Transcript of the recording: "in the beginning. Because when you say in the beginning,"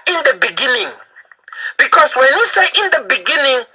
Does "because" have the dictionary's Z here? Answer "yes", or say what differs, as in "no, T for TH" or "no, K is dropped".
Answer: no, S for Z